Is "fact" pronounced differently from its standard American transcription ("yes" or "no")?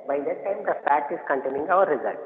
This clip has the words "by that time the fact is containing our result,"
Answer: yes